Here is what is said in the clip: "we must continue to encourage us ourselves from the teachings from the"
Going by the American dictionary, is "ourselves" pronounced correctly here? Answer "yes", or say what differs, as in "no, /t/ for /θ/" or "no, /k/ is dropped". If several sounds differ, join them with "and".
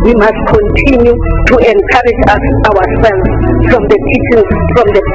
no, /w/ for /ɹ/